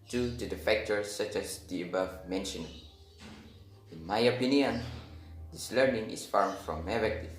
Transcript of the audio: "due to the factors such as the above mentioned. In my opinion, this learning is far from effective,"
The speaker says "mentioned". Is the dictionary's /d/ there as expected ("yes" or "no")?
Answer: no